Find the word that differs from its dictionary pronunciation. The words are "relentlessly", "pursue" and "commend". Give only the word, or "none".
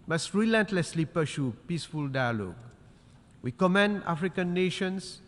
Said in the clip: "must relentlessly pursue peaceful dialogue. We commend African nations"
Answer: pursue